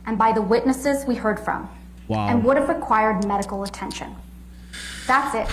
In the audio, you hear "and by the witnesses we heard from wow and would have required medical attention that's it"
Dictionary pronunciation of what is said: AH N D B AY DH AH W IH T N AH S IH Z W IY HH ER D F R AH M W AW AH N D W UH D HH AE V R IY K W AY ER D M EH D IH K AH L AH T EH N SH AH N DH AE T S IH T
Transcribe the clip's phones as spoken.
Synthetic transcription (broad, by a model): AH N B AY DH AH W IH T N AH S IH Z W IY HH ER D F R AH M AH N W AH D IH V R IY K W AY ER D M EH D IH K L AH T EH N SH AH N DH AE T S IH T